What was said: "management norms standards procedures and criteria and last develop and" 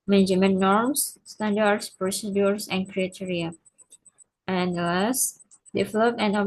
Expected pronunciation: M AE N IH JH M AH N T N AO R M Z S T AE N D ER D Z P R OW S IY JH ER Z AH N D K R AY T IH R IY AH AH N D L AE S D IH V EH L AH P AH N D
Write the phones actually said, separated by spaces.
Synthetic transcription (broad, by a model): M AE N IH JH M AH N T N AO R M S S T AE N D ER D S P R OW S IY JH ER S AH N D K R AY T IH R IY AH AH N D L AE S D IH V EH L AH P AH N